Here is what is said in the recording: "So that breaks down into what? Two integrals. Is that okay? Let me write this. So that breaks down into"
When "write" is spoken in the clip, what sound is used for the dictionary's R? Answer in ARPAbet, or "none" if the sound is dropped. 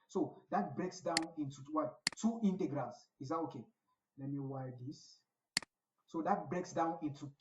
W